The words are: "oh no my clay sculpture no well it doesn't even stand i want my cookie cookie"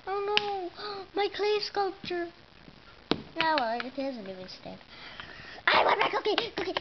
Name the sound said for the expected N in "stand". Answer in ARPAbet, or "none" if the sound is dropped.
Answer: none